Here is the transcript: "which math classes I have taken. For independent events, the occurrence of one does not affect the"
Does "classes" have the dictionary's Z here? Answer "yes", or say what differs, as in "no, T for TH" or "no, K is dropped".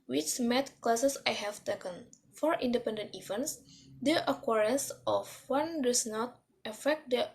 no, S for Z